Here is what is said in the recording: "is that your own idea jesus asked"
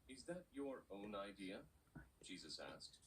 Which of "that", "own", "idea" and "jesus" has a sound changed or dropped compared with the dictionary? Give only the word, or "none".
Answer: none